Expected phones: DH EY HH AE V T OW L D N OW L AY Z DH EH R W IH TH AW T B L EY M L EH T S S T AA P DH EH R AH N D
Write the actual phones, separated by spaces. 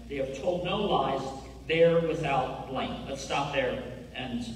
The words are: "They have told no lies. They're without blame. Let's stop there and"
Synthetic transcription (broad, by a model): DH EY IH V T OW L D N OW L AY Z DH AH R W IH TH AW T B L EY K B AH T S S T AA P DH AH R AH N